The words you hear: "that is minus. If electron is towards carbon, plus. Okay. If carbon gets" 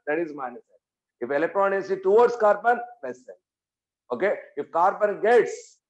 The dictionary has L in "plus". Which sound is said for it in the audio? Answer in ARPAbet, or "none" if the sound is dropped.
none